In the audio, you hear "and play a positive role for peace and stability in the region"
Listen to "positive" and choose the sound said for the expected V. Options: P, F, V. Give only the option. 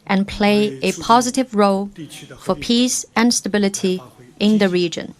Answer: V